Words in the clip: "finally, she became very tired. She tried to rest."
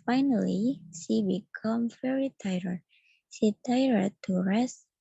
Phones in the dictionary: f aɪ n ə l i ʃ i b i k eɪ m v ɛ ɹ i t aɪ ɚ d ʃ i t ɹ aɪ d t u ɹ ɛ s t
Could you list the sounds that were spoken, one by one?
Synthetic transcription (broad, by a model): f aɪ n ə l i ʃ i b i k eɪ m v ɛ ɹ i t aɪ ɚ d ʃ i t aɪ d t u ɹ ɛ s